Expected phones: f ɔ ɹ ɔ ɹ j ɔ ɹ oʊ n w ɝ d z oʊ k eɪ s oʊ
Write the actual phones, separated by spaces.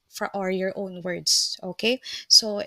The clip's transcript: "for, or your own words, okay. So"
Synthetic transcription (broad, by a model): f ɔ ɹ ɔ l j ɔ ɹ oʊ n w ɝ d s oʊ k eɪ s oʊ